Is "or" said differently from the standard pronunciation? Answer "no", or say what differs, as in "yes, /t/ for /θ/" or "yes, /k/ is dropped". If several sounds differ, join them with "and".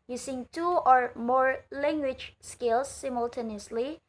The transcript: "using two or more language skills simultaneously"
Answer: no